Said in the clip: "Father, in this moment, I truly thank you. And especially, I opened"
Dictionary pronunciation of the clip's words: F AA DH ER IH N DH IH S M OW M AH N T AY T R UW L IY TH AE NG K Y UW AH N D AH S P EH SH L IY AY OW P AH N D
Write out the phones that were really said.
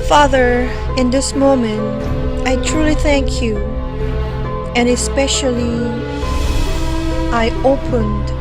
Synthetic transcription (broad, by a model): F AA DH ER IH N DH IH S M OW M AH N T AY T R UW L IY TH AE NG K Y UW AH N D AH S P EH SH L IY AY OW P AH N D